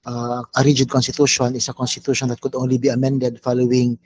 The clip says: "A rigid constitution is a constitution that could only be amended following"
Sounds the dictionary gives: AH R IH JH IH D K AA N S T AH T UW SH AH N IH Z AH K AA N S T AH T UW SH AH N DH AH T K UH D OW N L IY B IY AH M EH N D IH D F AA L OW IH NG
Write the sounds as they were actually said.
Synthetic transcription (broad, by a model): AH R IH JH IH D K AA N S T AH T UW SH AH N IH S AH K AA N S T AH T UW SH AH N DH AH T K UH D OW N L IY B IY AH M EH N D IH D F AA L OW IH NG